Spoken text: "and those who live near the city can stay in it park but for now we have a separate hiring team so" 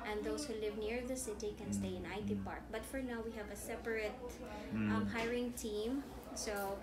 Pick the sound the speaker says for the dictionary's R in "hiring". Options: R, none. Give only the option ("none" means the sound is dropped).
R